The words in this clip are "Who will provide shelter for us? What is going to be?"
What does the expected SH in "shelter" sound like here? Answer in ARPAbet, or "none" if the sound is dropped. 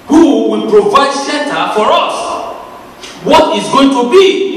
S